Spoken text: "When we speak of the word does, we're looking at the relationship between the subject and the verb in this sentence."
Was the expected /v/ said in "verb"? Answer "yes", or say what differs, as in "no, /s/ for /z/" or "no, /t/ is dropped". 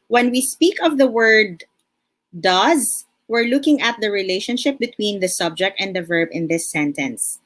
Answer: yes